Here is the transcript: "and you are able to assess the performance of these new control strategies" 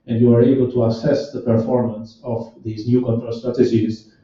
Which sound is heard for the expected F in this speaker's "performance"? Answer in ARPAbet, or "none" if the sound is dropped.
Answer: F